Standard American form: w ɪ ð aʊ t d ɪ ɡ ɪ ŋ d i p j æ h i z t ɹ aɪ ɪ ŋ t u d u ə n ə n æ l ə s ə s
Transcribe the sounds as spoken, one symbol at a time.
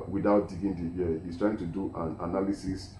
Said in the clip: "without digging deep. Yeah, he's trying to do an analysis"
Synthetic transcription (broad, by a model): w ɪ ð aʊ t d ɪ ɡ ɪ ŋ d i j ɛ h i s t ɹ aɪ ɪ ŋ t u d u ə n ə n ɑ l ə s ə s